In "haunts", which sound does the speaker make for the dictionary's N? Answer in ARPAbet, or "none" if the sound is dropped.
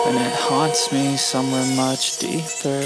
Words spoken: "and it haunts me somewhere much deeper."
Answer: none